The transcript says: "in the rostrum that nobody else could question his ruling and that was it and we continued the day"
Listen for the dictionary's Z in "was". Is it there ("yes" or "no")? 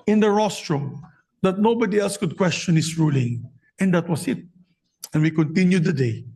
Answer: no